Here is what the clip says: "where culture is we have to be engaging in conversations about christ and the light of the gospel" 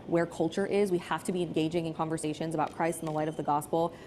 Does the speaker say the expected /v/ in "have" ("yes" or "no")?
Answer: no